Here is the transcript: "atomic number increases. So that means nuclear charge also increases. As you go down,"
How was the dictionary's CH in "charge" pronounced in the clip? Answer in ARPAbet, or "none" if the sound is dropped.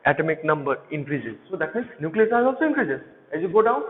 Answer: S